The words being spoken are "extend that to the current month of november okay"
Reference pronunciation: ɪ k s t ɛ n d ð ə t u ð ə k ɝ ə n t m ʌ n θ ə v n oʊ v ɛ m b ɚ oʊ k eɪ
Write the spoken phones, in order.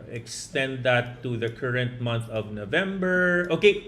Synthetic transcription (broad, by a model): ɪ k s t ɛ n d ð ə t u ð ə k ɝ ə n t m ʌ n θ ə v n oʊ v ɛ m b ɚ oʊ k eɪ